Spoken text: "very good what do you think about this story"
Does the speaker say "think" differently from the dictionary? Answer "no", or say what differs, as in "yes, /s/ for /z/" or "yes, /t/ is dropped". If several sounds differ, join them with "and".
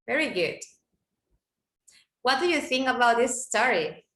yes, /k/ is dropped